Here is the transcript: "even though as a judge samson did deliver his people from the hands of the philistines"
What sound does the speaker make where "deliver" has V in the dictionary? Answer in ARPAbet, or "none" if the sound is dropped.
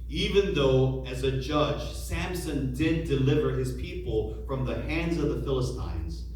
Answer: V